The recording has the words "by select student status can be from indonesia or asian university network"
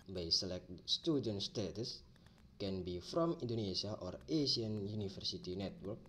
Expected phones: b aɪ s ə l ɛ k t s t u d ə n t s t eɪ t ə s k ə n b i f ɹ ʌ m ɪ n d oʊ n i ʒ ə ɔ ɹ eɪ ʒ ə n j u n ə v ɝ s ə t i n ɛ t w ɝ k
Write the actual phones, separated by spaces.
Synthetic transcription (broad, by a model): b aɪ s ə l ɛ k t s t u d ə n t s t eɪ t ə s k ə n b i f ɹ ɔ m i n d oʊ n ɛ s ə ɔ ɹ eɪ ʃ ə n j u n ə f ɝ s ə t i n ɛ t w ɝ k